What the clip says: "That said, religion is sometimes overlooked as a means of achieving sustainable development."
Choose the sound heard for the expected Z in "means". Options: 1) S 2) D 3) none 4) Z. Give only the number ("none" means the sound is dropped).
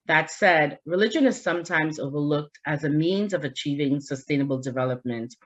4